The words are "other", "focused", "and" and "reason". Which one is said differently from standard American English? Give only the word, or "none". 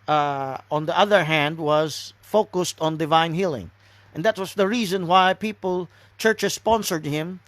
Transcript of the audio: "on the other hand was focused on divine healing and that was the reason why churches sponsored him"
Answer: none